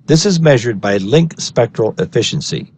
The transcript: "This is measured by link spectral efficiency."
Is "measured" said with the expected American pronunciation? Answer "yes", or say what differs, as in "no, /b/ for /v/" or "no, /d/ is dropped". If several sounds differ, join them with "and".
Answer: yes